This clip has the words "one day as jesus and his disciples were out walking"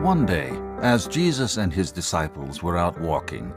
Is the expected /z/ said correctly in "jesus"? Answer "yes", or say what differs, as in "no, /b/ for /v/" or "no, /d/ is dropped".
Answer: yes